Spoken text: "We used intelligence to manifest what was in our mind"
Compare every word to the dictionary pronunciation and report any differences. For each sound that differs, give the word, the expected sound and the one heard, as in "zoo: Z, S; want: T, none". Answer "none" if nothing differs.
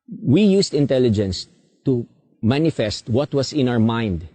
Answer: used: Z, S; was: Z, S